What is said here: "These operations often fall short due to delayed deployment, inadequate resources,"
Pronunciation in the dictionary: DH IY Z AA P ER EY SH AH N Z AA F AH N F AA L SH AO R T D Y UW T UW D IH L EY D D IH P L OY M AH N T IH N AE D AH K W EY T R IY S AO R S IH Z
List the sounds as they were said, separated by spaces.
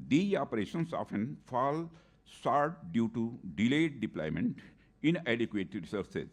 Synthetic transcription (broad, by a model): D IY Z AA P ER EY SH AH N S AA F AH N F AA L S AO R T D Y UW T UW D IH L EY D D IH P L OY M AH N T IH N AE D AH K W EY T R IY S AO R S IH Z